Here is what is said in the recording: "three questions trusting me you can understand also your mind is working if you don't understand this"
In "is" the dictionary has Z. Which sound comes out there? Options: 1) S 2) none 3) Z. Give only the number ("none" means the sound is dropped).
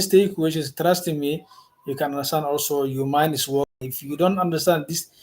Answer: 1